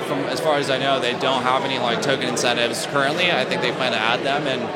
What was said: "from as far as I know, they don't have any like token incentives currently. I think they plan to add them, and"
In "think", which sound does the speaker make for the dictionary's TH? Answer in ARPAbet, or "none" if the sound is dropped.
TH